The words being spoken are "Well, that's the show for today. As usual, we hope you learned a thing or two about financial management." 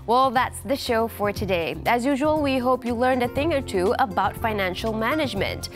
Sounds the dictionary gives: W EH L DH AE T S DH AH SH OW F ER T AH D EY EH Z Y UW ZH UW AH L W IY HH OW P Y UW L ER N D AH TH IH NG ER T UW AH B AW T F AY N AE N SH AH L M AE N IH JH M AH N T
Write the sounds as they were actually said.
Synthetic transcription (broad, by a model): W EH L DH AE T S DH AH SH OW F ER T AH D EY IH Z Y UW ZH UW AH L W IY HH OW P Y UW L ER N D AH TH IH NG ER T UW AH B AW T F AY N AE N SH L M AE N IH JH M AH N T